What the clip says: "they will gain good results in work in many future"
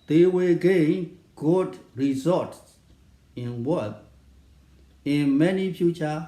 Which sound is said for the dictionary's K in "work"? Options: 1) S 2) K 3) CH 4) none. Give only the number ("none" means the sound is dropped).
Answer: 4